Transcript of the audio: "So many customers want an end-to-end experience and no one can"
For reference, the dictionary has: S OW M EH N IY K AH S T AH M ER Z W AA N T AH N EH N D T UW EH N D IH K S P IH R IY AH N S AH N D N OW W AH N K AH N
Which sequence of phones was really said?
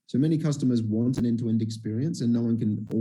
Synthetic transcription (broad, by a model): S OW M EH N IY K AH S T AH M ER Z W AA N T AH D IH N T UW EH N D IH K S P IH R IY AH N S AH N N OW W AH N K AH N